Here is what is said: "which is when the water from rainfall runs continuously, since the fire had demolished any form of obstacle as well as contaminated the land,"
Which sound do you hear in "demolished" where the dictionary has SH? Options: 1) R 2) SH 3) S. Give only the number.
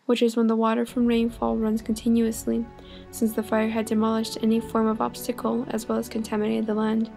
2